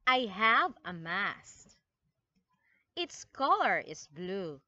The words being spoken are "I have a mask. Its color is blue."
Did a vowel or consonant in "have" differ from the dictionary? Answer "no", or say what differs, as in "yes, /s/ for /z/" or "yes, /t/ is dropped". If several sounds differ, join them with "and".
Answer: no